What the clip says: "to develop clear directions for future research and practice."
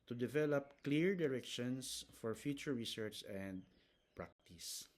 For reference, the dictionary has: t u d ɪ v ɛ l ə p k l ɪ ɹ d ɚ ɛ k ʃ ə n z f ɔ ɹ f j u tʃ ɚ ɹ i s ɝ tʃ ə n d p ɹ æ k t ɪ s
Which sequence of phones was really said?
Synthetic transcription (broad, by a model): t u d ɪ v ɛ l ə p k l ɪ ɹ d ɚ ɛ k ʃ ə n s f ɔ ɹ f j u tʃ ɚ ɹ i s ɝ tʃ ə n d p ɹ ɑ k t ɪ s